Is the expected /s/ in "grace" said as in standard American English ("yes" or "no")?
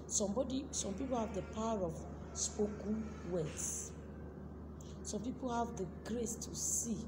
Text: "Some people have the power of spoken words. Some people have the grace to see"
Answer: yes